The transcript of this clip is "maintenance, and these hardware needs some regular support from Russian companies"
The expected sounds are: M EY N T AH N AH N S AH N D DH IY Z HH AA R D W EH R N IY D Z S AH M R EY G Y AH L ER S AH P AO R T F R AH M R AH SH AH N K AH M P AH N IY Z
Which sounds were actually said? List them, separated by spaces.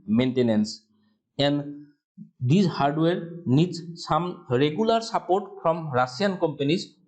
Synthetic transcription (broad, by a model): M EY N T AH N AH N S AH N D IY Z HH AA R D W EH R N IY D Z S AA M R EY G Y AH L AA S AH P AO R T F R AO M R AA S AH N K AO M P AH N IY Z